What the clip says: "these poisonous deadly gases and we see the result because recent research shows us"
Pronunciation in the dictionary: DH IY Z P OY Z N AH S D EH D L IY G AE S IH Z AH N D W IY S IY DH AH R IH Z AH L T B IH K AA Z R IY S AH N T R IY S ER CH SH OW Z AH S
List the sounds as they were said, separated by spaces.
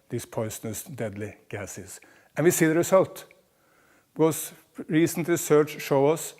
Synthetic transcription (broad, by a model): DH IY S P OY S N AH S D EH D L IY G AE S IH S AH N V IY S IY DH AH R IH S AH L T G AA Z R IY S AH N T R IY S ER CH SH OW AH S